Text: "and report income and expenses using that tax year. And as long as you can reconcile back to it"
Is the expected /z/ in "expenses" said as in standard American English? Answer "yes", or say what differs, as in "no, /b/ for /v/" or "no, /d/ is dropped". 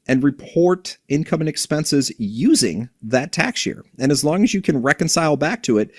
yes